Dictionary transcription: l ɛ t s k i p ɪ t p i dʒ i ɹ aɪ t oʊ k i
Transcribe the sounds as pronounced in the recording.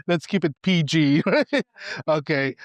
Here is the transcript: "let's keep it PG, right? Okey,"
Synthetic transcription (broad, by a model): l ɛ t s k i p ɪ t p i dʒ i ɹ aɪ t oʊ k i